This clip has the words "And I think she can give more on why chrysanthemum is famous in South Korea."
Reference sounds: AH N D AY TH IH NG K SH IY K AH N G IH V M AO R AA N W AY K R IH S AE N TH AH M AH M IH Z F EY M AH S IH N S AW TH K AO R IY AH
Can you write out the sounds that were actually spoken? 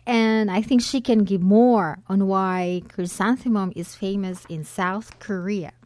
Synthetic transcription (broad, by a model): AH N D AY TH IH NG K SH IY K AH N G IH V M AO R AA N W AY K R IH S AE N TH AH M AH M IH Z F EY M AH S IH N S AW TH K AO R IY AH